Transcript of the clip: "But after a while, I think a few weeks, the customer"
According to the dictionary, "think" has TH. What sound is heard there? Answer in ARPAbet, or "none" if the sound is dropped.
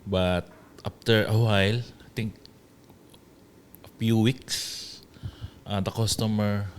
T